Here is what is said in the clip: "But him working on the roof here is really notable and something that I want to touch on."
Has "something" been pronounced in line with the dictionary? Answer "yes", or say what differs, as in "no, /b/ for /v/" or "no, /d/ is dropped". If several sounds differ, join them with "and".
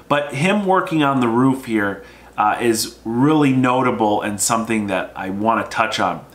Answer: yes